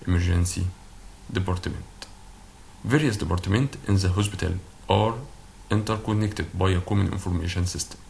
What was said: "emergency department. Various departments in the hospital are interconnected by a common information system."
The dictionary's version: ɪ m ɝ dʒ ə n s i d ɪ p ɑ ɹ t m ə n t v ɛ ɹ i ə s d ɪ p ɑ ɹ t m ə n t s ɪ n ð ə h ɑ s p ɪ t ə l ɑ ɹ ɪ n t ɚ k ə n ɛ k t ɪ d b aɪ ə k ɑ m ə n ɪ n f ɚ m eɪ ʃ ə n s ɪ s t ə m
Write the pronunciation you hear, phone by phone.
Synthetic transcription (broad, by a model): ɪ m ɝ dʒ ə n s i d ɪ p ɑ ɹ t m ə n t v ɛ ɹ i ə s d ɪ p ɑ ɹ t m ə n t ɪ n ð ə h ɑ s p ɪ t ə l ɑ ɹ ɪ n t ɚ k ə n ɛ k t ɪ d b aɪ ə k ɑ m ə n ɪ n f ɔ m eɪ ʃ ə n s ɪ s t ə m